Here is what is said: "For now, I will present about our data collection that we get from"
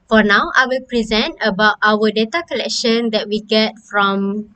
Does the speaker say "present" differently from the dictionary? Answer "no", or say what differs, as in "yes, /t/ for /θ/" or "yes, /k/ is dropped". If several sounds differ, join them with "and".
no